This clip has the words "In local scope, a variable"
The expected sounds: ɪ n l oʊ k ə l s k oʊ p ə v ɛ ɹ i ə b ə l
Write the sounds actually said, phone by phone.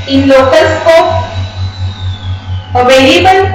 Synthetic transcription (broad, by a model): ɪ n l oʊ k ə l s k oʊ ə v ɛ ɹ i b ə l